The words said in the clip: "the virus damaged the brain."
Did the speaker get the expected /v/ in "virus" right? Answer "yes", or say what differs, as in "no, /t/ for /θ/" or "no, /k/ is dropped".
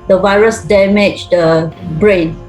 yes